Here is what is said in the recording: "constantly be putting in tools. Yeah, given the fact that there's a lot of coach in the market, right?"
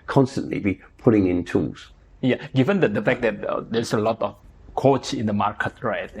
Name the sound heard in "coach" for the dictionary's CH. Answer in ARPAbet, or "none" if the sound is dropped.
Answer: S